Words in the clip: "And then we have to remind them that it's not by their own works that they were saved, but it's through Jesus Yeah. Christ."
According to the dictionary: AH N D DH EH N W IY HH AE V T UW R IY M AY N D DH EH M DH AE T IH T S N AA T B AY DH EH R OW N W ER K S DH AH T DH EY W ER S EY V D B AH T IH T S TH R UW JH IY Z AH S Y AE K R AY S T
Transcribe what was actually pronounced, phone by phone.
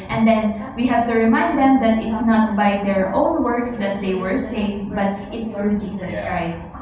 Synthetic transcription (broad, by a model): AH N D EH N W IY HH AE V T UW R IY M AY N D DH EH M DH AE T IH T S N AA T B AY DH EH R OW N W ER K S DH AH T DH EY W ER S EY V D B AH T IH T S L R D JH IY S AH S K R AY S T